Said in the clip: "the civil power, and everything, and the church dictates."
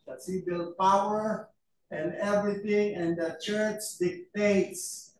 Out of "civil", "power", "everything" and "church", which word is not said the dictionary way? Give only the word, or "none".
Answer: civil